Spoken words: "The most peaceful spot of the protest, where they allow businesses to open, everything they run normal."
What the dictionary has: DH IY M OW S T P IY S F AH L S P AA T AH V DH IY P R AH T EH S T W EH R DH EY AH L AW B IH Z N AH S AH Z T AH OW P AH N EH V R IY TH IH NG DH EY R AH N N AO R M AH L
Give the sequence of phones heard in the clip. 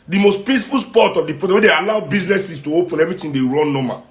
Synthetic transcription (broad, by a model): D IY M OW S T P IY S F AH L S P AA T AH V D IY P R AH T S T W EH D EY AH L AW B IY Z N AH S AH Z T AH OW P AH N EH V R IY T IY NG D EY R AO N N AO M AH